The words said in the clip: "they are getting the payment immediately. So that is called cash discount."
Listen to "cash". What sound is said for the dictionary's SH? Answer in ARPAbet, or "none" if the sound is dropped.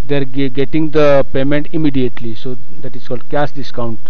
S